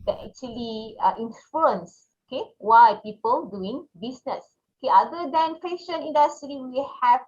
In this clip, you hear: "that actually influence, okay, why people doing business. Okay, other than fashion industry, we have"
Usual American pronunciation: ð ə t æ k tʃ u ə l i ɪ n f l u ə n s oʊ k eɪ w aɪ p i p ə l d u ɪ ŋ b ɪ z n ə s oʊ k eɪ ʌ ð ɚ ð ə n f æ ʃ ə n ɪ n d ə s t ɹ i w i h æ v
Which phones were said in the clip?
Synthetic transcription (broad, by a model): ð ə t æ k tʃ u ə l i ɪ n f u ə n s oʊ k eɪ w aɪ p i p ə l d u ɪ ŋ b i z n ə s oʊ k eɪ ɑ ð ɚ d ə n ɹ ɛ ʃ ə n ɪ n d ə s t ɹ i w i h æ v